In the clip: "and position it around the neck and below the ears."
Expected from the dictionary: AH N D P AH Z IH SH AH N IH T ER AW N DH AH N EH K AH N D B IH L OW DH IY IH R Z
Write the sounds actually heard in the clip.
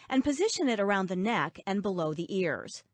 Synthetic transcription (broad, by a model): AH N P AH Z IH SH AH N IH T ER AW N DH AH N EH K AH N B IH L OW DH IY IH R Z